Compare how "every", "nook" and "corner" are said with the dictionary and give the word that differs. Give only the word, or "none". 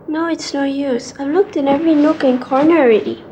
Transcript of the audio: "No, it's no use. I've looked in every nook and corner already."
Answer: none